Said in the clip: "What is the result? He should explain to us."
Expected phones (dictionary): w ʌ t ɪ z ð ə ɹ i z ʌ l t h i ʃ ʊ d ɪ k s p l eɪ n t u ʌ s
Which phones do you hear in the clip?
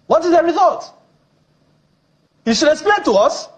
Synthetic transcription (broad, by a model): w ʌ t ɪ z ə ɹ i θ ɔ t h i ʃ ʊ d ɪ k s p l eɪ n t u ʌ s